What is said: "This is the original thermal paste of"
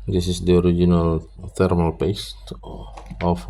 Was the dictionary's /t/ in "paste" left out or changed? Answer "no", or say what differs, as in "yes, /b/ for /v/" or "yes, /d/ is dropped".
no